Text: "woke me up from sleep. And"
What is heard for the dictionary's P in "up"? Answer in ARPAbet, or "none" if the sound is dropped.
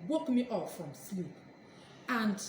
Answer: F